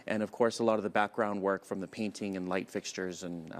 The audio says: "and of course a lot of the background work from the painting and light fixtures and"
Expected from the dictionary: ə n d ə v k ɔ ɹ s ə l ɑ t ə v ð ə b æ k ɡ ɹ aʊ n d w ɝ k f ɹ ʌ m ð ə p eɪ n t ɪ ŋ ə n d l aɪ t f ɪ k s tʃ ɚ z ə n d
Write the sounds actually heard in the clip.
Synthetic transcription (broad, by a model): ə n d ə v k ɔ ɹ s ə l ɑ t ə v ð ə b æ k ɡ ɹ aʊ n d w ɝ k f ɹ ʌ m ð ə p eɪ n t ɪ ŋ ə n l aɪ t f ɪ k s tʃ ɚ z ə n